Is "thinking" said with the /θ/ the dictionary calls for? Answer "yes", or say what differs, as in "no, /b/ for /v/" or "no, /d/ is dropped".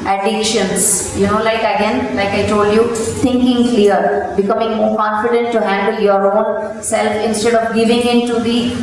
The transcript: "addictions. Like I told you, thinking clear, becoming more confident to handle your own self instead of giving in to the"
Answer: no, /t/ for /θ/